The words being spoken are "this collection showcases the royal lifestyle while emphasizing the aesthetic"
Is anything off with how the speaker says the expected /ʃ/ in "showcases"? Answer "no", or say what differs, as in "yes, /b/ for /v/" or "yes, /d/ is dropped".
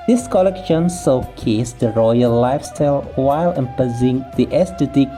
yes, /s/ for /ʃ/